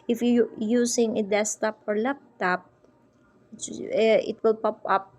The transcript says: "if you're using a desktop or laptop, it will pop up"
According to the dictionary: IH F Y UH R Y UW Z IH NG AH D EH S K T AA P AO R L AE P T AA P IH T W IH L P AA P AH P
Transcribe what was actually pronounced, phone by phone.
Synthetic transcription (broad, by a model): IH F Y Y UW S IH NG AH D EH S T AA P AO R L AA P T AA P IH T W IH L P AA P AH P